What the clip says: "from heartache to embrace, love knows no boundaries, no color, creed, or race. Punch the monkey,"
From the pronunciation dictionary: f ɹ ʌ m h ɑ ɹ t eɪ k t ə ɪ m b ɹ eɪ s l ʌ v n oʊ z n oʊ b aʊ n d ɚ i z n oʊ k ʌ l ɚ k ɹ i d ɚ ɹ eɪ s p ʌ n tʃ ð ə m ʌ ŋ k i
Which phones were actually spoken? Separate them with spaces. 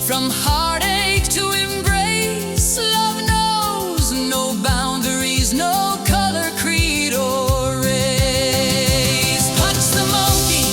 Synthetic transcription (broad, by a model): f ɹ ʌ m h ɑ ɹ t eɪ k t ə ɪ m b ɹ eɪ s l ʌ v n oʊ z n oʊ b aʊ n d ɚ i z n oʊ k ʌ l ɚ k ɹ i d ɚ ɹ eɪ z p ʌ tʃ ð ə m ʌ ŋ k i